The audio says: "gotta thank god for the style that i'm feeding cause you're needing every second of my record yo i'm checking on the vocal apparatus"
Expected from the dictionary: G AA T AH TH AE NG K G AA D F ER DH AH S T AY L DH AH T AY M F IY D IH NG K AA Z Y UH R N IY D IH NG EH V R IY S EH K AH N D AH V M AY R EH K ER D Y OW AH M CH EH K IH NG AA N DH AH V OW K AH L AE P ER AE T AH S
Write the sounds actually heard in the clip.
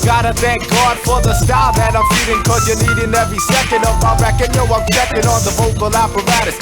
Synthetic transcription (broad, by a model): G AA T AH TH AE NG K G AA D F ER DH AH S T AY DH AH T AY M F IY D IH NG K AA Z Y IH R N IY D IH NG EH V R IY S EH K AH N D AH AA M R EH K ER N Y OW AH M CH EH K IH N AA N DH AH V OW K AH L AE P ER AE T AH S